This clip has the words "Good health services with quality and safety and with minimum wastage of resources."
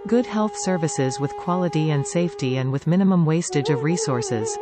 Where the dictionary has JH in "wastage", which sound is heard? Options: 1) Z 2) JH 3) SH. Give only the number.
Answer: 2